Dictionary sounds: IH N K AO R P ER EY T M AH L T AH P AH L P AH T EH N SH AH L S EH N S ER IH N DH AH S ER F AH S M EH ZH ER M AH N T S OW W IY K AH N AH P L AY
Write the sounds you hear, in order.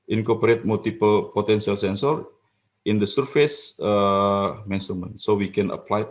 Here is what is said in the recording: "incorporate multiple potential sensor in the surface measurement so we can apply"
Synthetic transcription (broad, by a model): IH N K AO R P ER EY T M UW L T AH P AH L P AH T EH N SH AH L S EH N S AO IH N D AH S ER F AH S M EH S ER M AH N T S OW W IY K AH N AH P L AY